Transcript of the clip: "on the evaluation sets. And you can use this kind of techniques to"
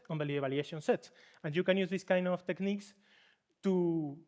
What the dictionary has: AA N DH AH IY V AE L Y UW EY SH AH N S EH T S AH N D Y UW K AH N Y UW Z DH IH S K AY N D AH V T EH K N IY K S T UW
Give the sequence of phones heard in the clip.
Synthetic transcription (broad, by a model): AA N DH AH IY B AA L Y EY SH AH N S EH T S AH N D Y UW K AH N Y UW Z DH IH S K AY N D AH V T EH K N IY K S T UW